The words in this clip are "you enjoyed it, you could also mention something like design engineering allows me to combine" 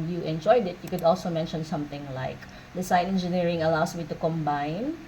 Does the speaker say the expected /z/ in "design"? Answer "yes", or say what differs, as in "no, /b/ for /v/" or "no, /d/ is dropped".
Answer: no, /s/ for /z/